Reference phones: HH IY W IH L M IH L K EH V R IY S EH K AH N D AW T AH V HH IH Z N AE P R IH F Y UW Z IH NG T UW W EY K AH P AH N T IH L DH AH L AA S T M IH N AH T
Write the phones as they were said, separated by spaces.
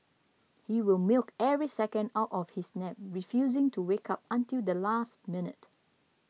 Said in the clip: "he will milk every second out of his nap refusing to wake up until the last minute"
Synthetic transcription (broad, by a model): HH IY W IH L M IH L K EH V R IY S EH K AH N D AW T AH F HH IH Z N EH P R IH F Y UW Z IH NG T UW W EY K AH P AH N T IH L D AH L AA S T M IH N AH T